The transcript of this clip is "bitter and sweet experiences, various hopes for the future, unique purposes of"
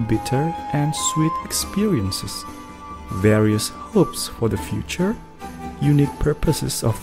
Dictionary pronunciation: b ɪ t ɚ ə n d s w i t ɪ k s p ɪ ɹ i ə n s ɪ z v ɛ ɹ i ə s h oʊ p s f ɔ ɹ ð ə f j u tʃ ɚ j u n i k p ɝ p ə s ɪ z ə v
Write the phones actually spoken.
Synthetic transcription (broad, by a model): b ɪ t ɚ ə n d s w i t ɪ k s p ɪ ɹ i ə n s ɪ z v ɛ ɹ i ə s h oʊ p s f ɔ ɹ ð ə f j u tʃ ɚ j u n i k p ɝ p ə s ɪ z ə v